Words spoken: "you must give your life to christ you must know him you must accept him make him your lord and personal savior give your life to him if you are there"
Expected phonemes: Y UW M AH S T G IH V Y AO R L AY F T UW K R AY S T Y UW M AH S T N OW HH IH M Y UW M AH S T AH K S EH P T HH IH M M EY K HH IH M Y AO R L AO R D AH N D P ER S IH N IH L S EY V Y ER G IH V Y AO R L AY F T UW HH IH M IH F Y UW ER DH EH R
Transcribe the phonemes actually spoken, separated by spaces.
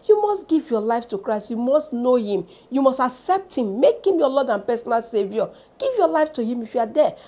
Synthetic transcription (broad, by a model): Y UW M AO S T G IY V Y AO L AY F T UW K R AY S T Y UW M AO S T N OW HH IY M Y UW M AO S T AH K S EH P T HH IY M M EY K HH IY M Y AO L AO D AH N P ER S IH N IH L S EY V Y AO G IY V Y AO L AY F T UW HH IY M IH F Y UW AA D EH